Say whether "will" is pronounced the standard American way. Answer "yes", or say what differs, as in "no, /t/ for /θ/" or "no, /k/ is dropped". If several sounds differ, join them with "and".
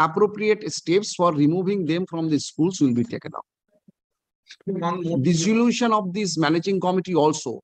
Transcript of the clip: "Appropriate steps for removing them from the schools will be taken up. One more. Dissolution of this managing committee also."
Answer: yes